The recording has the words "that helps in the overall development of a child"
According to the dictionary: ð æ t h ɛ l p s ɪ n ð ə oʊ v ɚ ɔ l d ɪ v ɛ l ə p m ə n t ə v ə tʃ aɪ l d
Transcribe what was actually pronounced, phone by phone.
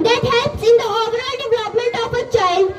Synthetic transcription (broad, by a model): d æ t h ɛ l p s ɪ n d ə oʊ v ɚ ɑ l d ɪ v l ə p m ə n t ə p ə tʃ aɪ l